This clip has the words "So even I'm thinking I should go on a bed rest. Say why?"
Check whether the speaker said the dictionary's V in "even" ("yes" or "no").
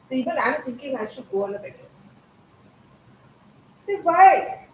no